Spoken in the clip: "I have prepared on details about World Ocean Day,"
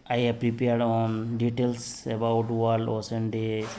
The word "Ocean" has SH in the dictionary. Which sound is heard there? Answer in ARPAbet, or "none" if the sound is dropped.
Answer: S